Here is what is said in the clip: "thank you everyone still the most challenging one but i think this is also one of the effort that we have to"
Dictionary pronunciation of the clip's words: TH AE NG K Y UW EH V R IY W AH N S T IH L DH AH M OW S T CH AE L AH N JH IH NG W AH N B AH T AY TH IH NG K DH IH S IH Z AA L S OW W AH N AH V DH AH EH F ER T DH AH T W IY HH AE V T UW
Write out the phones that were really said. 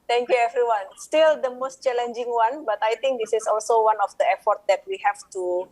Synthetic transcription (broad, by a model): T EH NG K Y UW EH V R IY W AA N S T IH L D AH M OW S T CH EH L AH N JH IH NG W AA N B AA T AY T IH NG K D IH S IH S AA L S OW W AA N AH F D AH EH F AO T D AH T W IY HH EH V T UW